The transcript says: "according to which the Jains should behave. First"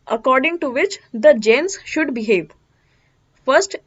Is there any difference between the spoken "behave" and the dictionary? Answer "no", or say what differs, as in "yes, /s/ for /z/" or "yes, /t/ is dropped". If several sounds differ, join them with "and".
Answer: no